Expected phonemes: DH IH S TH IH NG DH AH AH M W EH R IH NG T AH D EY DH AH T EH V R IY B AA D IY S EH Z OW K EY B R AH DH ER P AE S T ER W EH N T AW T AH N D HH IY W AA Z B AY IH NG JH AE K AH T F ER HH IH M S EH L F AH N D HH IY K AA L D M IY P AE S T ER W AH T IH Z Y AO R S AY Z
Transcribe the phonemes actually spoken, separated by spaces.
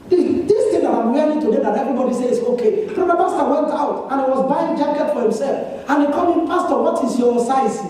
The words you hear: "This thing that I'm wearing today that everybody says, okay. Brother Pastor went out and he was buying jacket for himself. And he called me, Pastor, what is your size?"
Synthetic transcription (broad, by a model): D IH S T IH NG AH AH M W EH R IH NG T AH D EY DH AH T EH V R IY B AA D IY S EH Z OW K EY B AH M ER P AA S T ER W EH N T AW T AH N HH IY W AA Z B AY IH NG JH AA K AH T F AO HH IH M S EH L F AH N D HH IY K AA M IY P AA S T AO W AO T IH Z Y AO S AY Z